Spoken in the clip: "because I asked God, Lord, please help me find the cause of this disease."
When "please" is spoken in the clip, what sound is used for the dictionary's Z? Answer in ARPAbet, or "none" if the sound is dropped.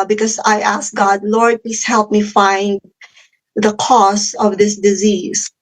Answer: S